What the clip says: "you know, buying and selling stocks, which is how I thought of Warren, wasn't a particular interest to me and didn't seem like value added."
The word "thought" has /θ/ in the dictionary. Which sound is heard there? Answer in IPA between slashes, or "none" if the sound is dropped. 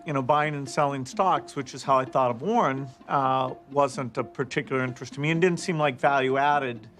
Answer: /θ/